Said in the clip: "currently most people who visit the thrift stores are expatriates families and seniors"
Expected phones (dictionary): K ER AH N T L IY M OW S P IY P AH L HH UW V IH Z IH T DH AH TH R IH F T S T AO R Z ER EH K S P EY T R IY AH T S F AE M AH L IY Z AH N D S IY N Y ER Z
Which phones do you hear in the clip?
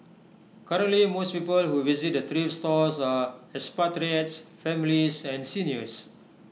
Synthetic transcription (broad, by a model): K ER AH N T L IY M OW S P IY P AH L HH UW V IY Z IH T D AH T R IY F S T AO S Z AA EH S P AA T R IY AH T S F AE M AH L IY S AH N S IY N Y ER S